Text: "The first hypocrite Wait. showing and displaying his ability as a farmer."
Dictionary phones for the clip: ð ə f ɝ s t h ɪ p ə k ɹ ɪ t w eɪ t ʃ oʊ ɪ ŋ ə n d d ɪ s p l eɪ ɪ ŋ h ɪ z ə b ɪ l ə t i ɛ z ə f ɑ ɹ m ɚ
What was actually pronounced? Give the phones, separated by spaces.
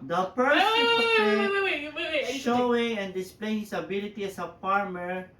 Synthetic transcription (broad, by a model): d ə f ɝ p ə ɹ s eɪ ʃ oʊ ɪ ŋ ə n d d ɪ s p l eɪ ɪ ŋ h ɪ s ə b ɪ l ə t i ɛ s ə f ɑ ɹ m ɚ